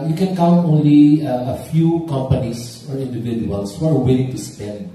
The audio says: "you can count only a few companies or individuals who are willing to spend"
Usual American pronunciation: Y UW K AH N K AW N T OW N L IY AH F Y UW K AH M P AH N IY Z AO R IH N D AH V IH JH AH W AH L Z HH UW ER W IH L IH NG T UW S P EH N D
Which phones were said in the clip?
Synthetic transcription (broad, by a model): Y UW K AH N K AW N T OW N L IY AH F Y UW K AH M P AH N IY S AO L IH N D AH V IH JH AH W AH L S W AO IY W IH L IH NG T UW S P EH N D